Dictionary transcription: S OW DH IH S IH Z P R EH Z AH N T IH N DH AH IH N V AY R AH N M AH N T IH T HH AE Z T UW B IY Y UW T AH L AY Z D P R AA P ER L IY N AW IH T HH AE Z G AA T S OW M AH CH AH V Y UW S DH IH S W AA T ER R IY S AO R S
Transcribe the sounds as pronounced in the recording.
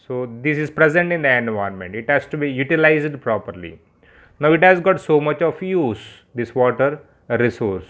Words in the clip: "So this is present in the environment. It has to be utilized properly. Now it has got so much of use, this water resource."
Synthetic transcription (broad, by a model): S OW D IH S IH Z P R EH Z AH N T IH N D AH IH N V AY AH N M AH N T IH T HH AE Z T UW B IY Y UW T AH L AY Z D P R AA P ER L IY N AW IH T HH AE Z G AA T S OW M AH CH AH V Y UW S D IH S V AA T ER R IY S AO R S